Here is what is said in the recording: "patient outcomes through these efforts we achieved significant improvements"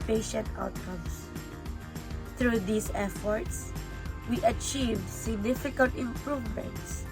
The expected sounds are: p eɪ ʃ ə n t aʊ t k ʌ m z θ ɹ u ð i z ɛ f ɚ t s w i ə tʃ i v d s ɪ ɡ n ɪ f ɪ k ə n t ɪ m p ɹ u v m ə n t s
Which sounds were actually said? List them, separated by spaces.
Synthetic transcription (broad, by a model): p eɪ ʃ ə n t aʊ t k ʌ m s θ ɹ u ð i s ɛ f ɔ t s w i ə tʃ i v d s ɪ ɡ n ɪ f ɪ k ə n t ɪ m p ɹ u v m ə n t s